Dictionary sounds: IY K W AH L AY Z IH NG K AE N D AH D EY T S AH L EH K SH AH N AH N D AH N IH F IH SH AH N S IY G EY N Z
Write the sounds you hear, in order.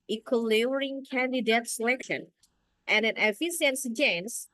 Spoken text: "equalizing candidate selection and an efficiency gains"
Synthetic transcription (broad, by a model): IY K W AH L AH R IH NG K AE N D AH D EY T S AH L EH K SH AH N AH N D AH N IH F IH S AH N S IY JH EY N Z